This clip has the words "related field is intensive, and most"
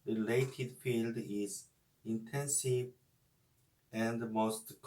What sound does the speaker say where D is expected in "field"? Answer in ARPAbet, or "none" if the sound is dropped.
D